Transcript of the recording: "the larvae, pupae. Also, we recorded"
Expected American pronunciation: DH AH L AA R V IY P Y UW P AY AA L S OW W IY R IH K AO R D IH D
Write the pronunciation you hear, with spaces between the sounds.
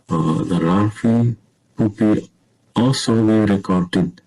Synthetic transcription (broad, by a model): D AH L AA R F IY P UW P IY AA L S OW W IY R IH K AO R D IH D